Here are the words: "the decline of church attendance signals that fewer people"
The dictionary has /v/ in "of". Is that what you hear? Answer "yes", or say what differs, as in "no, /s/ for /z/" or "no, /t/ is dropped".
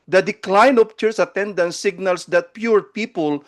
no, /p/ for /v/